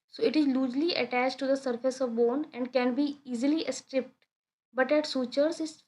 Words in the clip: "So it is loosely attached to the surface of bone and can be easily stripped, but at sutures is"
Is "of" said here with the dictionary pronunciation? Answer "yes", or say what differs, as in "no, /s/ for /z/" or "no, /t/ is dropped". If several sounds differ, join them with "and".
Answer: yes